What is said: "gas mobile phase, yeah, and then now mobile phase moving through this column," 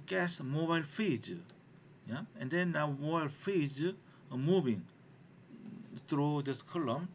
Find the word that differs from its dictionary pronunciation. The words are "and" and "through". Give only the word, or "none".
through